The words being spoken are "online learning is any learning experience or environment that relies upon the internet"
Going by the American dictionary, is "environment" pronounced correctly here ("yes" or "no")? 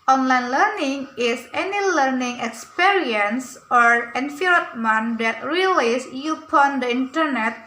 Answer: no